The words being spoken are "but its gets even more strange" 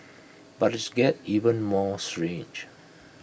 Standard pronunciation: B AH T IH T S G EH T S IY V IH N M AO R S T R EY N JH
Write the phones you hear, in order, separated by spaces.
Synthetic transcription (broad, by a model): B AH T IH T S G EH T IY V IH N M AO S T R EY N JH